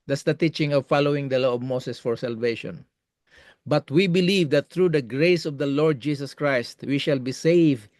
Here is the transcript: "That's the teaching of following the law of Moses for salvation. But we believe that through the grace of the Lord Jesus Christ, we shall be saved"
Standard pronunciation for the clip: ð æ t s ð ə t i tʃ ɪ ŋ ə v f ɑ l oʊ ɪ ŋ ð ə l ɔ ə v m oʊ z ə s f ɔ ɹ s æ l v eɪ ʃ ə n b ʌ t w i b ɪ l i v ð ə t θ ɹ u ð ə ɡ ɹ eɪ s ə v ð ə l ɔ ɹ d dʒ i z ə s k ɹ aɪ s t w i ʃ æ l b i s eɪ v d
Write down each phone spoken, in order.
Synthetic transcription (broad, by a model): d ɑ s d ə t i tʃ ɪ ŋ ə v f ɑ l oʊ ɪ ŋ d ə l ɔ ə v m oʊ s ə s f ɔ ɹ s æ l v eɪ ʃ ə n b ʌ t w i b ɪ l i v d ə t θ ɹ u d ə ɡ ɹ eɪ s ə v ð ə l ɔ ɹ d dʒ i s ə s k ɹ aɪ s t w i ʃ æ l b i s eɪ v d